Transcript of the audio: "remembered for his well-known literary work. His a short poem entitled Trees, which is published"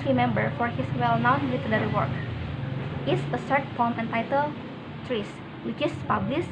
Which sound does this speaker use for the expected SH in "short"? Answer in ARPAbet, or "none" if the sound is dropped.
S